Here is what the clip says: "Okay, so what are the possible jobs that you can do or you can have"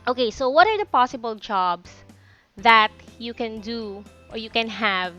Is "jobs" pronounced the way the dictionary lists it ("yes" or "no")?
no